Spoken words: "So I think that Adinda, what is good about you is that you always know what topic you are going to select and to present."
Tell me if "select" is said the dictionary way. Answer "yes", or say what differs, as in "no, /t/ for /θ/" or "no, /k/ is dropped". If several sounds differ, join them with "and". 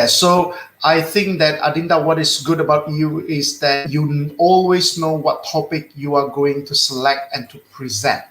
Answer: yes